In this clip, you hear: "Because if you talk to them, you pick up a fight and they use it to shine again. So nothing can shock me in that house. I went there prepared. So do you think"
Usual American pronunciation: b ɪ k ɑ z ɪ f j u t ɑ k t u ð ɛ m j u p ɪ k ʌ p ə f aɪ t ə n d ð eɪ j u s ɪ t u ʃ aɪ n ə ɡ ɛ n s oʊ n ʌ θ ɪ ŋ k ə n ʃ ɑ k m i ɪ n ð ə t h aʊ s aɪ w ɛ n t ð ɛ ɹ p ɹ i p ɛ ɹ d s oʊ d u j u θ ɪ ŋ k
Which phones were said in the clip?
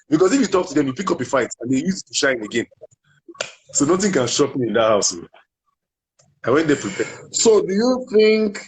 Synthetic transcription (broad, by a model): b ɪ k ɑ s ɪ f j u t ɑ k t u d ɛ m j u p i k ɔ p ə f aɪ t ə n d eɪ j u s t u ʃ aɪ n ə ɡ ɛ n s oʊ n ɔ t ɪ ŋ k ə n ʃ ɑ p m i ɪ n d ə t h aʊ s aɪ w ɛ n t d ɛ p ɹ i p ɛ s oʊ d u j u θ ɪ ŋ k